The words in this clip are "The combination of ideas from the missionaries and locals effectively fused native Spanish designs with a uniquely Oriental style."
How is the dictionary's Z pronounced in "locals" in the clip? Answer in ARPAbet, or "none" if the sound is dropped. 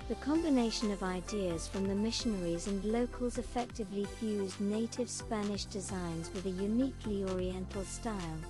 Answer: Z